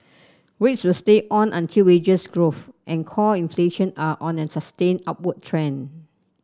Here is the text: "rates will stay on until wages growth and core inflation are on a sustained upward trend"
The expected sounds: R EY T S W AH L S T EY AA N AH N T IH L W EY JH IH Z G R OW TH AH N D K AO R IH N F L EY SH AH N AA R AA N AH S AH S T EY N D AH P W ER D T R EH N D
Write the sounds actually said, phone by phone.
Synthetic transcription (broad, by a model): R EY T S W AH L S T EY AA N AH N T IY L W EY JH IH S G R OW F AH N K AO IH N F L EY SH AH N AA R AA N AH S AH S T EY N AA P W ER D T R EH N